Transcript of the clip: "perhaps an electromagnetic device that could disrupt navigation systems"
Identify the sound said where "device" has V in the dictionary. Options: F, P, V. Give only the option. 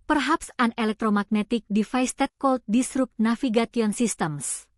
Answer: F